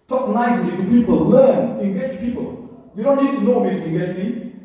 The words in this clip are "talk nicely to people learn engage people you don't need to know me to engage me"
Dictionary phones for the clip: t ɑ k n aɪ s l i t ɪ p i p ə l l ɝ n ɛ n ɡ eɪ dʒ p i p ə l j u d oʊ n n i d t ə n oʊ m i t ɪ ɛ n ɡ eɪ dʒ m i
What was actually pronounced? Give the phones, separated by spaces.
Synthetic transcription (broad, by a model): t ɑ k n aɪ s l i t ɪ p i p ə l l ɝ n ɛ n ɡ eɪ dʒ p i p ə l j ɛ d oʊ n n i d t ə n oʊ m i t ɪ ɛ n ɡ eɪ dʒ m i